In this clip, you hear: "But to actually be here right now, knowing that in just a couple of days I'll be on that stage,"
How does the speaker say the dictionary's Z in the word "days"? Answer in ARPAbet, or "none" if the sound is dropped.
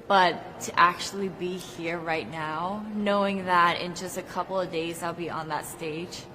Z